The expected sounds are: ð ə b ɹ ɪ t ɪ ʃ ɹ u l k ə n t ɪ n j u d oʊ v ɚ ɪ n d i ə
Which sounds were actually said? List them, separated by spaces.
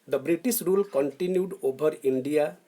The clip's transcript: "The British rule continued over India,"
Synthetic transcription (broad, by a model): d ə b ɹ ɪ t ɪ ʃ ɹ u l k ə n t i n j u d oʊ b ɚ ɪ n d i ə